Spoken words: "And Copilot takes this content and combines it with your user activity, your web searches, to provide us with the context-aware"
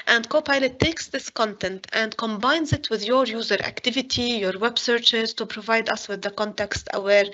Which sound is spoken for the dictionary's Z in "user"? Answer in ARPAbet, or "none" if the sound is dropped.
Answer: Z